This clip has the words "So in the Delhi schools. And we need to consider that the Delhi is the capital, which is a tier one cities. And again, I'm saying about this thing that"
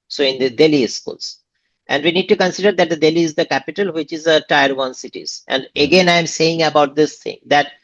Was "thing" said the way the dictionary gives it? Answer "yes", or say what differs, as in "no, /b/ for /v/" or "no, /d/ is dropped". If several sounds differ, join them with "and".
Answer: no, /t/ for /θ/